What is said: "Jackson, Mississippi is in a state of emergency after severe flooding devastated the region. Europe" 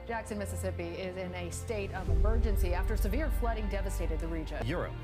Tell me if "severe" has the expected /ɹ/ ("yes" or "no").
yes